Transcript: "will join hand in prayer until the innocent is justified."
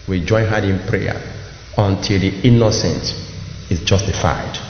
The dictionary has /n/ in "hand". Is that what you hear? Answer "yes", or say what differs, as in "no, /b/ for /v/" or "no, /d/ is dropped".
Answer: no, /n/ is dropped